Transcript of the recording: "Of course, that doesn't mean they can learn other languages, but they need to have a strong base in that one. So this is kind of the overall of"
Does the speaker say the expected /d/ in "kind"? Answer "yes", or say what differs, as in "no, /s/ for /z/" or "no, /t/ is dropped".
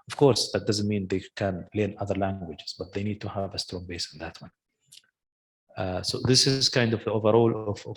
yes